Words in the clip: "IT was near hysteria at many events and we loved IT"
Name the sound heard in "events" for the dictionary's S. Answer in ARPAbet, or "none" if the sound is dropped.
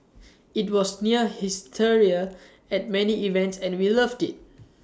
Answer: S